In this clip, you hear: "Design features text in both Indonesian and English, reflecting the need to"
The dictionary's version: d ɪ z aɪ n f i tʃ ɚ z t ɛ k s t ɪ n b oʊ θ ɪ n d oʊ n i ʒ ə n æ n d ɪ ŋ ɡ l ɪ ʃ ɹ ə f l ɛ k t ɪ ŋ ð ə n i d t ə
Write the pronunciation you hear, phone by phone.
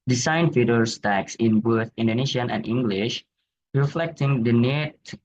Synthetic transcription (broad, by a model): d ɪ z aɪ n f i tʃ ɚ s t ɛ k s ɪ n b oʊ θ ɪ n d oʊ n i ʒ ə n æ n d ɪ ŋ ɡ l ɪ ʃ ɹ ə f l ɛ k t ɪ ŋ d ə n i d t